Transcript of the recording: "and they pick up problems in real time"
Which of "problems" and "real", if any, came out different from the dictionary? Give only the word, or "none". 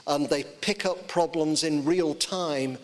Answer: none